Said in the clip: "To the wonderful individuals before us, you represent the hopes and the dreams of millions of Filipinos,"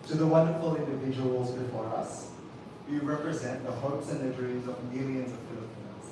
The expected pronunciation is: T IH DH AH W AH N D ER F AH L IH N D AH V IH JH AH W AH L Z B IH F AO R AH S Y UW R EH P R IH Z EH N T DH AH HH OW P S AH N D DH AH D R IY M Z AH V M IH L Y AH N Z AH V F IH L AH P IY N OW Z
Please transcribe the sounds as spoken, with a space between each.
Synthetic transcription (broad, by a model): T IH DH AH W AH N D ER F L IH N D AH V IH JH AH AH L Z B IH F AO R AH S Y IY R EH P R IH Z EH N DH AH HH OW P S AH N DH AH D R IY M Z AH V M IH L Y AH N Z AH V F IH L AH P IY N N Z